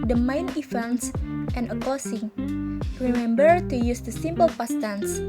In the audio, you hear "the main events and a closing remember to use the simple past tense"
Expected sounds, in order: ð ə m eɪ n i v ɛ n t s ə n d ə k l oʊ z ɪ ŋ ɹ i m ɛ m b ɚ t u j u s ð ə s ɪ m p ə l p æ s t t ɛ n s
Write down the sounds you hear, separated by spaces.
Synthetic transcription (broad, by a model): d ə m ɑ n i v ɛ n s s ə n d ə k oʊ s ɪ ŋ ɹ i m ɛ m b ɚ t u j u s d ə s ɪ m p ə l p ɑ s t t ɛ n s